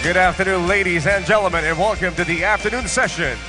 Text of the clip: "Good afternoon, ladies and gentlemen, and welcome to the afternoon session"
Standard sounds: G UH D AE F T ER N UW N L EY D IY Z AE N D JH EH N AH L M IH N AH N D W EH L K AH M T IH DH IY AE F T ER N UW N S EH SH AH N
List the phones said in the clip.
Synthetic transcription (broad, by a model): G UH D AE F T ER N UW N L EY D IY Z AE N JH EH L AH M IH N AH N W EH L K AH M T IH DH IY AE F T ER N UW N S EH SH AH N